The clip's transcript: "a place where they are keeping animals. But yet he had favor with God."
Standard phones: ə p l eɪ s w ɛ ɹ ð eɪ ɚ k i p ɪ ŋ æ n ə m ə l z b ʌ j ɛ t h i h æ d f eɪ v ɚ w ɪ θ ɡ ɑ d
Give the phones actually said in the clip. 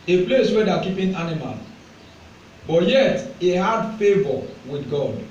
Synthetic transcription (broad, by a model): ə p l eɪ s w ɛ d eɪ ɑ k i p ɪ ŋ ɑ n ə m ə l b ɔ j ɛ t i h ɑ d f eɪ v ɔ w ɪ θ ɡ ɑ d